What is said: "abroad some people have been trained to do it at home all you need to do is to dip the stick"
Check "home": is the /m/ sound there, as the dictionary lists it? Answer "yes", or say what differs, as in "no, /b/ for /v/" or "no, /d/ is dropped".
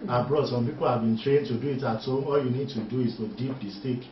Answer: no, /m/ is dropped